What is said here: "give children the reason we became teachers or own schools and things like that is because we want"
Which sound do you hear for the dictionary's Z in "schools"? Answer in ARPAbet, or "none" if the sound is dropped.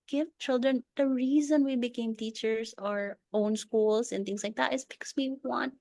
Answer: S